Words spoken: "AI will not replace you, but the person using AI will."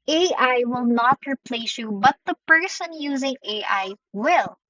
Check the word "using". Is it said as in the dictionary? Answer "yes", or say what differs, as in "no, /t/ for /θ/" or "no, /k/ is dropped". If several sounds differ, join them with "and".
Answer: yes